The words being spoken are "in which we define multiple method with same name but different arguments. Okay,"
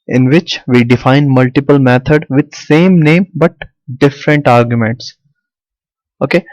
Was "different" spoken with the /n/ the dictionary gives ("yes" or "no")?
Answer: yes